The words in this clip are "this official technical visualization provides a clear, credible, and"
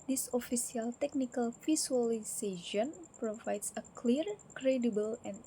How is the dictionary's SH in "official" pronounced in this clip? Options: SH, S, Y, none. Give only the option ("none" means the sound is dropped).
S